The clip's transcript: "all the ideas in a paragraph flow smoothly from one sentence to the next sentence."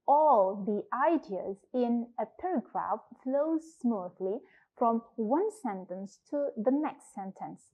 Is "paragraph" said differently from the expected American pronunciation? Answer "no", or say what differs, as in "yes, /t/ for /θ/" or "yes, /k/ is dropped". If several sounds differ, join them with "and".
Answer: no